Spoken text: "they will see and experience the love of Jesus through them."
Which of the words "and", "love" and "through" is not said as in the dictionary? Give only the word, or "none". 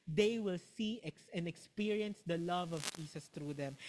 through